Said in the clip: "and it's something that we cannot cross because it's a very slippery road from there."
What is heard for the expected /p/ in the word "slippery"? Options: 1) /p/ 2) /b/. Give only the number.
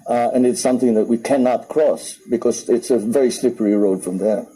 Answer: 1